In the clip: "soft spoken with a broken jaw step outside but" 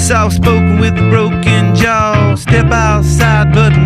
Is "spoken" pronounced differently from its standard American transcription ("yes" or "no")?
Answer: yes